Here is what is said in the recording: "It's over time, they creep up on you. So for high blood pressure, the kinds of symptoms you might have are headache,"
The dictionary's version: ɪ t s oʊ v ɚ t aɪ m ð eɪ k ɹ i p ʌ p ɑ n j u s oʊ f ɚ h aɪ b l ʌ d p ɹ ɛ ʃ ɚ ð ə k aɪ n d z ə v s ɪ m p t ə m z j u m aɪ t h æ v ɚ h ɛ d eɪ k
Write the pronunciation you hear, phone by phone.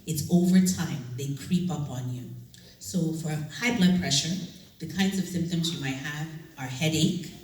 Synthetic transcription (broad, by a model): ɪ t s oʊ v ɚ t aɪ m ð eɪ k ɹ i p ʌ p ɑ n j u s oʊ f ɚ h aɪ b l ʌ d p ɹ ɛ ʃ ɚ ð ə k aɪ n d z ə v s ɪ m p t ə m z j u m aɪ t h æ v ɚ h ɛ d eɪ k